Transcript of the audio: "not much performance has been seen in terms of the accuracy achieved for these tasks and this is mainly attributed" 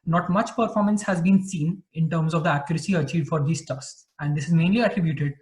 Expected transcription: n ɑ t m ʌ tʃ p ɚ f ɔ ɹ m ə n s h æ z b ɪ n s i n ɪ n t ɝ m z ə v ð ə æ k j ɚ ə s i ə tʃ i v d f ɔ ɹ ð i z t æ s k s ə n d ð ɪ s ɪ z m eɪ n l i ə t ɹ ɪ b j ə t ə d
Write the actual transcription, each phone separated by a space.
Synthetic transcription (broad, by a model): n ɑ t m ʌ tʃ p ɚ f ɔ ɹ m ə n s h æ z b ɪ n s i n ɪ n t ɝ m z ə v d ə æ k j ɚ ə s i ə tʃ i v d f ɔ ɹ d i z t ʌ s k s ə n d ɪ s ɪ z m eɪ n l i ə t ɹ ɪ b j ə t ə d